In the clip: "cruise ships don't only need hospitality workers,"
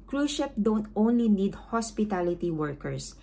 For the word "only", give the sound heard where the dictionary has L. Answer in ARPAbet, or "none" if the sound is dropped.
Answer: L